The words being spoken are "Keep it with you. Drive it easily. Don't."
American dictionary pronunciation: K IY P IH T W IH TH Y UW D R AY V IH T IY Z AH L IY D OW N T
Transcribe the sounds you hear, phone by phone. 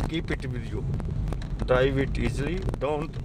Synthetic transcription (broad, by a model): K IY P IH T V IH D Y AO D AY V IH T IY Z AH L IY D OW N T